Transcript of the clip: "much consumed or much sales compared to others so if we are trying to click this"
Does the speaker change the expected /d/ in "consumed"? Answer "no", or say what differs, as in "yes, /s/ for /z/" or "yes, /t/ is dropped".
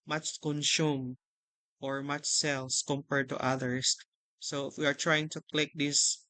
yes, /d/ is dropped